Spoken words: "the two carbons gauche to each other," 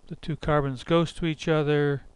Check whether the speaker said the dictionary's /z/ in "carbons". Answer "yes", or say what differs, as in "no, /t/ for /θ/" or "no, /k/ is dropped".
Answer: yes